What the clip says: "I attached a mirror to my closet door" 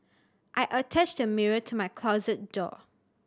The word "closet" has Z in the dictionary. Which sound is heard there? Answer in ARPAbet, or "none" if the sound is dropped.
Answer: Z